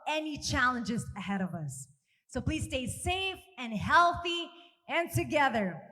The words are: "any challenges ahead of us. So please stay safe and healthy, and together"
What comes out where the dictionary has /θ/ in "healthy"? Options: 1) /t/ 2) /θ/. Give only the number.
2